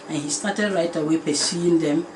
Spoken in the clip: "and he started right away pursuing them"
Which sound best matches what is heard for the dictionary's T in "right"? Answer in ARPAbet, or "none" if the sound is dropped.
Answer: T